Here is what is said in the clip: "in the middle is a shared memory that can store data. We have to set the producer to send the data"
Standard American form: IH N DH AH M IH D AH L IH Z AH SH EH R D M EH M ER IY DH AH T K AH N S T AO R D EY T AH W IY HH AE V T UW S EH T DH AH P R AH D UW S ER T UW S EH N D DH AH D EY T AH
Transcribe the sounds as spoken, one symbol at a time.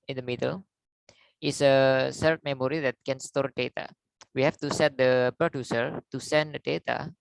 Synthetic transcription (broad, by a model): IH N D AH M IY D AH L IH S AH S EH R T M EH M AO IY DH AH T K AH N S T AO R D EY T AH W IY HH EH F T UW S EH T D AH P R AH D UW S ER T UW S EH N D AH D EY T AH